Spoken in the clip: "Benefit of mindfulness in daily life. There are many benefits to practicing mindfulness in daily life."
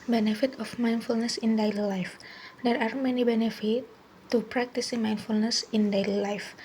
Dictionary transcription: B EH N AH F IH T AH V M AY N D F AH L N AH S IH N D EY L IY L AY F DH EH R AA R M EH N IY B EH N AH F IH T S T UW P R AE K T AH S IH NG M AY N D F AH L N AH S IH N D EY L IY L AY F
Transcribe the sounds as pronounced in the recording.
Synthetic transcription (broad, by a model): B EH N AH F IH T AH F M AY N F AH L N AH S IH N D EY L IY L AY F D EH R AA R M EH N IY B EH N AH F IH T T UW P R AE K T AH S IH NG M AY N F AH L N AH S IH N D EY L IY L AY F